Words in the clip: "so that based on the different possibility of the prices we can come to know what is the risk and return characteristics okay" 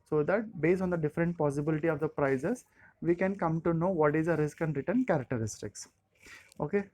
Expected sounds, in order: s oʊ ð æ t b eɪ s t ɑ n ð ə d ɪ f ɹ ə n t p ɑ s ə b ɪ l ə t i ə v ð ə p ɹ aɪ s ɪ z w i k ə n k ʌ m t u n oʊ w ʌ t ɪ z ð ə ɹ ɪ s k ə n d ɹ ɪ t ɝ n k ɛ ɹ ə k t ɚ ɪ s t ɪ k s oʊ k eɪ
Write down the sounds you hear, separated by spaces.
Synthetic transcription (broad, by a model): s oʊ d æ t b eɪ s t ɑ n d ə d ɪ f ɹ ə n t p ɑ s ə b ɪ l ə t i ə v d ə p ɹ aɪ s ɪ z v i k ə n k ʌ m t u n oʊ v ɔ t ɪ z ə ɹ ɪ s k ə n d ɹ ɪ t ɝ n k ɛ ɹ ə k t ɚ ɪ s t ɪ k s oʊ k eɪ